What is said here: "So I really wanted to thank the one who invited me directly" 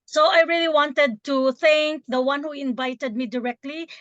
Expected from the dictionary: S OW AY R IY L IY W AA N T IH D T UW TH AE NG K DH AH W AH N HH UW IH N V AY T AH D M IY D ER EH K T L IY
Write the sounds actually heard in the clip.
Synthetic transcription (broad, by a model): S OW AY R IY L IY W AA N T IH D T UW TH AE NG K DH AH W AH N HH UW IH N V AY T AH D M IY D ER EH K T L IY